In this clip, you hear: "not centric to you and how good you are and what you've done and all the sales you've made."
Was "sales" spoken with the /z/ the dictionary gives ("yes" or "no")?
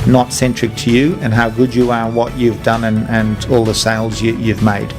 yes